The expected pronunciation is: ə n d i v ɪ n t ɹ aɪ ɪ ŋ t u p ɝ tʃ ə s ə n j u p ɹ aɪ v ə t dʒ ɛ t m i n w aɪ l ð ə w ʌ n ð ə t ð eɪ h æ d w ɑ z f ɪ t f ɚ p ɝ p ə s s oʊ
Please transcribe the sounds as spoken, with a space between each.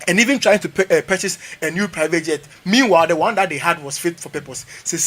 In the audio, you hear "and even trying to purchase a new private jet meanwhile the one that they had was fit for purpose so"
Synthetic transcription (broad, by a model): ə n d i v ɪ n t ɹ aɪ ɪ ŋ t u p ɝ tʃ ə s ə n j u p ɹ aɪ v ə t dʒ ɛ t m i n w aɪ l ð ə w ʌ n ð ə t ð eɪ h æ d w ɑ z f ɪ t f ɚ p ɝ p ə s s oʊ